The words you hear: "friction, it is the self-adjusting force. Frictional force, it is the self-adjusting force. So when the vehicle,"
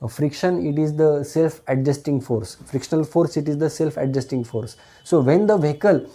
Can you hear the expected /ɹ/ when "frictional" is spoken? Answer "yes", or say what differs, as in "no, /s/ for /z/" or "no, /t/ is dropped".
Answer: yes